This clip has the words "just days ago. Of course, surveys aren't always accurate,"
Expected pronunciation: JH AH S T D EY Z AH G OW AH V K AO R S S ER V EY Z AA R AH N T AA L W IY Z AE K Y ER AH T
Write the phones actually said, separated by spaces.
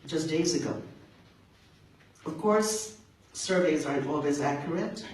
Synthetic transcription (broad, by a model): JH AH S D EY Z AH G OW AH V K AO R S S ER V EY Z AA R AH N T AA L W IY Z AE K Y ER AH T